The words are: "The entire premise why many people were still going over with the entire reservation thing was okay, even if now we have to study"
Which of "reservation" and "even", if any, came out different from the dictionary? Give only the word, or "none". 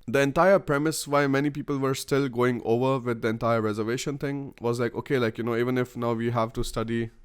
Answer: none